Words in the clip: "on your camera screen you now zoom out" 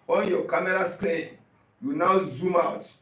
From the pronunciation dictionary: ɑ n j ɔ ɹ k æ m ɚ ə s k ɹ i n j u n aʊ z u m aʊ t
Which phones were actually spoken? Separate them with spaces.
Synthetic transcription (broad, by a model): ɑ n j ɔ k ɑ m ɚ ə s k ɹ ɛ j u n aʊ z u m aʊ t